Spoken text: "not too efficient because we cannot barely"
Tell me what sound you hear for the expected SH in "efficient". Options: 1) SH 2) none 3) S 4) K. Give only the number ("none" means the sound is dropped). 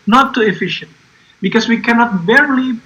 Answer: 1